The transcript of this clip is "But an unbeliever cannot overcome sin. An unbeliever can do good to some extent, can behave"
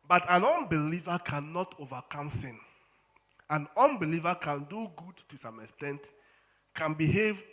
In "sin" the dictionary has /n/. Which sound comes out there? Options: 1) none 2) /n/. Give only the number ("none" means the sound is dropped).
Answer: 2